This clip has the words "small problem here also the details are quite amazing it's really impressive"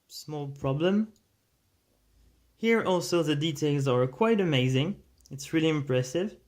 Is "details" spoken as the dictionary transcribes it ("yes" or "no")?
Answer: yes